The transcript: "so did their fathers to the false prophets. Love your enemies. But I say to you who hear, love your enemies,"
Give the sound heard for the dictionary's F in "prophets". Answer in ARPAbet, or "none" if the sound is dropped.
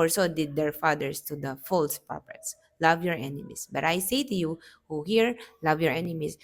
P